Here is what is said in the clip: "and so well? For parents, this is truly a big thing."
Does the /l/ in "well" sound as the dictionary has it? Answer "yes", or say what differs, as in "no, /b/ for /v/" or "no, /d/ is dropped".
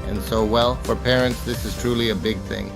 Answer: yes